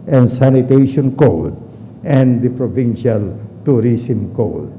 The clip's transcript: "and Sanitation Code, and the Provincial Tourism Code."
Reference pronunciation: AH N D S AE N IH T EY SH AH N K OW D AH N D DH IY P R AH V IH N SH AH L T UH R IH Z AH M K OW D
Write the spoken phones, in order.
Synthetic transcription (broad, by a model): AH N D S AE N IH T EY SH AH N K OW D AH N D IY P R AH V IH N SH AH L T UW R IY S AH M K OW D